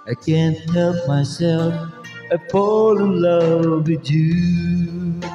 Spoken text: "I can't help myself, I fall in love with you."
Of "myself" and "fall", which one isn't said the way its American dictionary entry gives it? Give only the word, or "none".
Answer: fall